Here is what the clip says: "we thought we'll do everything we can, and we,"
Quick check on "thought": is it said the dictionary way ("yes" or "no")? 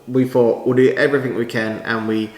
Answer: no